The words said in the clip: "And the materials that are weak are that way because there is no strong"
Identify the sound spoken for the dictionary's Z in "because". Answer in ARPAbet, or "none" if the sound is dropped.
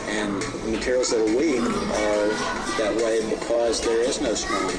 Z